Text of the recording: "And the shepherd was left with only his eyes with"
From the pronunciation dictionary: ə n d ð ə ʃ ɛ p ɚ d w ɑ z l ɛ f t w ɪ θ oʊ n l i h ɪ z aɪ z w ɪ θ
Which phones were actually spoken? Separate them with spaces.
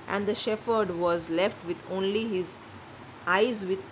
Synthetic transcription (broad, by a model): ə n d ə ʃ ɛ f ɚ d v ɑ z l ɛ f t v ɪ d oʊ n l i h ɪ z aɪ z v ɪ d